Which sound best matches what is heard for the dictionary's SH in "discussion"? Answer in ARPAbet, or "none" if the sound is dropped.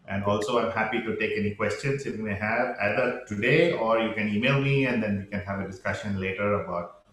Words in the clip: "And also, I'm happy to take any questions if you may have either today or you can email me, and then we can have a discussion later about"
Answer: SH